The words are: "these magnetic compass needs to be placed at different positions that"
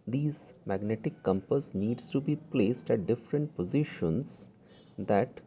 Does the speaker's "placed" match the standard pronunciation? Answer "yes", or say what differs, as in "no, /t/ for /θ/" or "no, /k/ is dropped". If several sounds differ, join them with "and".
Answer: yes